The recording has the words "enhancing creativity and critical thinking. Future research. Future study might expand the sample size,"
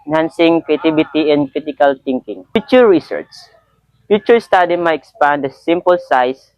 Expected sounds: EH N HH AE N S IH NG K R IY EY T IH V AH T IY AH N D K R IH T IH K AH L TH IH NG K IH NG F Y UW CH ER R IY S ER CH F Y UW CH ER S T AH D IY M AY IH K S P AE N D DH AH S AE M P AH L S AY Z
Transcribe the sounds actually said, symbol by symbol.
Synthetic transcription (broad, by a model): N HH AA N S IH NG K R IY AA T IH B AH T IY AH N D K R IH T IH K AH L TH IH NG K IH NG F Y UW CH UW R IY S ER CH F Y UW CH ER S T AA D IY M AY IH K S P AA N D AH S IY M P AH L S AY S